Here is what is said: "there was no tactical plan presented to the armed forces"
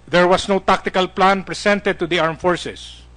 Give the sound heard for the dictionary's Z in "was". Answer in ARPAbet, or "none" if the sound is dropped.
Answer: S